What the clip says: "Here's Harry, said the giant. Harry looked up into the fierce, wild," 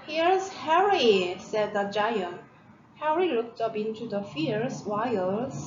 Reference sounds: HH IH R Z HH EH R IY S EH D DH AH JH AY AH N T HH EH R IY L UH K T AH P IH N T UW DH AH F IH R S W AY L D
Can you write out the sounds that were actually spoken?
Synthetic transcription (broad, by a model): HH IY R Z HH EH R IY S EH D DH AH JH AY AH N T HH EH R IY L UH K T AH P IH N T UW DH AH F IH R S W AY L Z